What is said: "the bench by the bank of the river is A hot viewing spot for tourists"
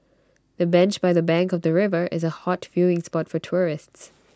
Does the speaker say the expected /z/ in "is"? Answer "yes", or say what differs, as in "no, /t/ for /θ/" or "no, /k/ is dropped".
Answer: yes